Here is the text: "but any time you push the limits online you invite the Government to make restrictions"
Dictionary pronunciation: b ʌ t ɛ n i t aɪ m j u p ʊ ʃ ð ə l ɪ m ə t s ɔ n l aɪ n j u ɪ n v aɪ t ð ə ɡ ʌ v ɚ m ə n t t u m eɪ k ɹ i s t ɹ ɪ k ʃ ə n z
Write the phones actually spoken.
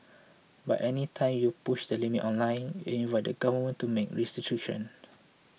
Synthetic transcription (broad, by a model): b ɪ t ɛ n i t aɪ m j u p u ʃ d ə l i m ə t ɔ n l aɪ n j u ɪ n v aɪ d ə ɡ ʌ v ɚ m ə n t t u m eɪ k ɹ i s t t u ʃ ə n